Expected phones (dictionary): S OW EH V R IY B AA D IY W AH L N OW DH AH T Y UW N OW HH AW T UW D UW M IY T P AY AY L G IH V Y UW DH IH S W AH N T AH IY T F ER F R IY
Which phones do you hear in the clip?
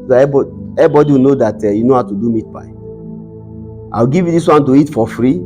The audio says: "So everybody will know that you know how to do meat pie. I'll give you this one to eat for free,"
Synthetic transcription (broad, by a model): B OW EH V IY B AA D IY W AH N OW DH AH T Y UW N OW HH AW T UW D UW M IY T B AY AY W G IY V Y UW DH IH S W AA N T AH IY T F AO F R IY